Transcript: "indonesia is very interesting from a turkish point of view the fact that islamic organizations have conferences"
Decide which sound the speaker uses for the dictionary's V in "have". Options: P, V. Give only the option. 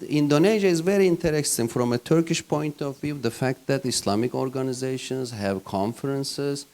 V